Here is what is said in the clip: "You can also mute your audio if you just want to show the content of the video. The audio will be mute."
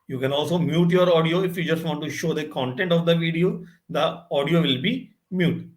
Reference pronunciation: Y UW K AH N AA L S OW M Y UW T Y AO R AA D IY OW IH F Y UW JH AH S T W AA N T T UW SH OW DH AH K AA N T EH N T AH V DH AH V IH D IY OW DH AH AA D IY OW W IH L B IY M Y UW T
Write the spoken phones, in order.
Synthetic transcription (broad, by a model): Y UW K AH N AA L S OW M Y UW T Y AO R AA D IY OW IH F Y UW JH AH S T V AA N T T UW SH OW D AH K AA N T EH N T AH V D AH V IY D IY OW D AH AA D IY OW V IH L B IY M Y UW T